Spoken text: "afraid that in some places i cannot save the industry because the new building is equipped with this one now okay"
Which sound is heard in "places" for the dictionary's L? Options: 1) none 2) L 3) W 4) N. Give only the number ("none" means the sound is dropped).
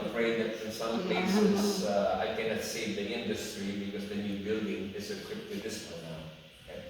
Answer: 1